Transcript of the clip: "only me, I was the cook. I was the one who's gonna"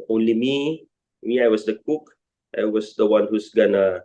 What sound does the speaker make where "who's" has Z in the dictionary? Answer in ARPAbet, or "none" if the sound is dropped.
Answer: S